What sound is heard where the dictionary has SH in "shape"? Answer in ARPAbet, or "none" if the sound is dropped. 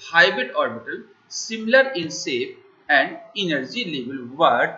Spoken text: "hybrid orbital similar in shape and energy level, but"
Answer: S